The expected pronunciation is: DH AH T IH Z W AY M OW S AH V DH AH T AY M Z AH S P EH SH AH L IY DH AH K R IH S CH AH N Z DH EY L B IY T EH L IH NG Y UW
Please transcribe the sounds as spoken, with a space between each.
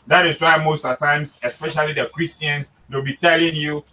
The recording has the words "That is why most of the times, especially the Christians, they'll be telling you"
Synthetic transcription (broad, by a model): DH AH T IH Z W AY M OW S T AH T AY M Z AH S P EH SH AH L IY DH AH K R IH S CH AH N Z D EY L B IY T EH L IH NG Y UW